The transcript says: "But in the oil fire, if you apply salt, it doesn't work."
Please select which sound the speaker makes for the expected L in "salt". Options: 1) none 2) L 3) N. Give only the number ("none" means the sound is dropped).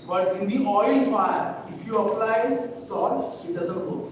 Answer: 1